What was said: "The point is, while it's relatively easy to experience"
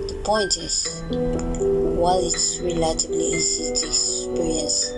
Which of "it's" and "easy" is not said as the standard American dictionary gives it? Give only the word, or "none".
easy